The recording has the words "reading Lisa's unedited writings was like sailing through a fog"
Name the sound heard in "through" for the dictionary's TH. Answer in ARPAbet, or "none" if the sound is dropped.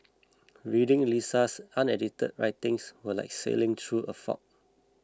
T